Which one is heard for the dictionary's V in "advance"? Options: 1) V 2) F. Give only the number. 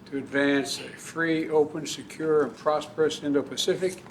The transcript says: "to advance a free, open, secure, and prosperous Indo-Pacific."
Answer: 1